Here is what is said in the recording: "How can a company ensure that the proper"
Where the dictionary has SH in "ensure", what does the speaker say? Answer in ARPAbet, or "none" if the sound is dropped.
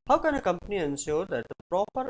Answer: S